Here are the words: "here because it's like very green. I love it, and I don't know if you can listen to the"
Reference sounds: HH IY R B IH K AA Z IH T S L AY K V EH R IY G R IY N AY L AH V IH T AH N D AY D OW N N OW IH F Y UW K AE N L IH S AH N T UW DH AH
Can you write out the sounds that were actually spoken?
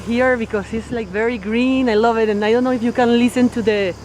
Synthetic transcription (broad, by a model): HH IY R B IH K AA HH IH T S L AY K V EH R IY G R IY N AY L AH V IH T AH N AY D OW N N OW IH F Y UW K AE N L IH S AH N T UW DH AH